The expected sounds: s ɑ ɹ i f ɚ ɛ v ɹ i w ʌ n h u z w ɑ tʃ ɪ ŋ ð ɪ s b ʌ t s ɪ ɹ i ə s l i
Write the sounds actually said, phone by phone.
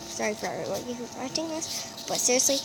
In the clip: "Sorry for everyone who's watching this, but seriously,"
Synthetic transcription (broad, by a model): s ɑ ɹ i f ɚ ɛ ɹ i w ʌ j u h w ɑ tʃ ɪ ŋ ð ɪ s b ʌ t s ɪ ɹ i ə s l i